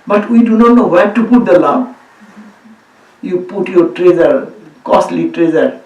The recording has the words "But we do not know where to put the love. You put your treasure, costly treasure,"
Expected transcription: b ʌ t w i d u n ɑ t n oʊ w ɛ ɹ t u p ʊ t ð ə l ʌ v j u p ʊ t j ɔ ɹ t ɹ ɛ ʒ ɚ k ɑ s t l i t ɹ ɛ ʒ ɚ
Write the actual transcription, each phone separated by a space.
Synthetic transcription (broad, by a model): b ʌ t w i d u n ɑ t n oʊ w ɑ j t u p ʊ t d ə l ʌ b j u p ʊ t j ɔ ɹ t ɹ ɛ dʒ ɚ k ɑ s t l i t ɹ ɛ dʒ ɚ